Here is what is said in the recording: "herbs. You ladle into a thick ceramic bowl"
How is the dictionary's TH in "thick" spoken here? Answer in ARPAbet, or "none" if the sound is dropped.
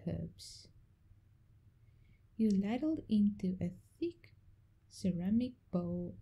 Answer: TH